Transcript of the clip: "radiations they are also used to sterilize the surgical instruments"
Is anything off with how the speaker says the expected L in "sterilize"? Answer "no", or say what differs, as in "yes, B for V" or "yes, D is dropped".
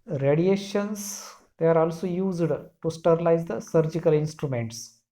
no